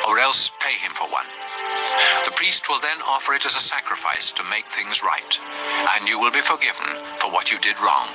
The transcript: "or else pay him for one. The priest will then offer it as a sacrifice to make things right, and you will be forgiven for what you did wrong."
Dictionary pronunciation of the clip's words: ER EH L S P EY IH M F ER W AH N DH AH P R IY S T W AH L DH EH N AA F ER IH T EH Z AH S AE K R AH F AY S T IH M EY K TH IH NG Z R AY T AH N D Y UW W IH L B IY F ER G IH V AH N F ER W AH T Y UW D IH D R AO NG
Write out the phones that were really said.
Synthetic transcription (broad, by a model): ER EH L S P EY IH M F ER W AH N DH AH P R IY S T W AH L DH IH N AA F ER IH T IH Z AH S AE K R AH F AY S T IH M EY K TH IH NG Z R AY T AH N Y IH W IH L B IY F ER G IH V AH N F ER W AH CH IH D IH D R AO NG